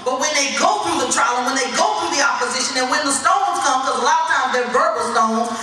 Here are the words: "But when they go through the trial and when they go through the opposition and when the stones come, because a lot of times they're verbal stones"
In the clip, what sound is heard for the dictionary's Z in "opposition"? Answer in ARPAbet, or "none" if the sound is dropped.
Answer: Z